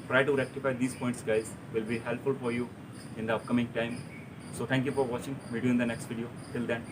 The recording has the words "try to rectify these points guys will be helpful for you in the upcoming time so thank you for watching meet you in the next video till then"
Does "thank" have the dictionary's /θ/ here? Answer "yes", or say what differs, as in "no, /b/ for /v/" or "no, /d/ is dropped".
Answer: no, /t/ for /θ/